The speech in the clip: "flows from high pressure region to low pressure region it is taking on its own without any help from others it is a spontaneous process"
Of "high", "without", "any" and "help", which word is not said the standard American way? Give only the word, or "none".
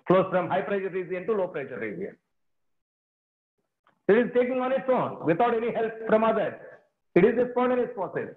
without